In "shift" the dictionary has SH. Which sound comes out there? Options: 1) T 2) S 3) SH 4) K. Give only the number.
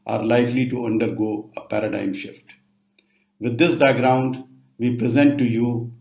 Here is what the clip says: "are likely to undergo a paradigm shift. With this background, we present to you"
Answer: 3